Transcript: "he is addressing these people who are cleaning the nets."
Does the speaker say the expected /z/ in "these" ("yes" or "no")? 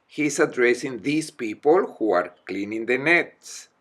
no